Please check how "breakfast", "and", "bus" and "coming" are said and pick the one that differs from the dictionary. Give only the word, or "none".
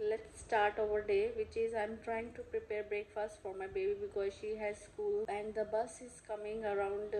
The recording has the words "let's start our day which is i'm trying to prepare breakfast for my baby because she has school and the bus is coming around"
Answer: none